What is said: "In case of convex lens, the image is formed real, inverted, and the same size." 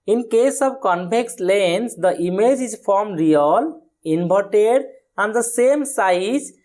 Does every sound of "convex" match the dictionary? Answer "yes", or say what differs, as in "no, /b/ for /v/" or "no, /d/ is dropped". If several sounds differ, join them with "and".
no, /p/ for /v/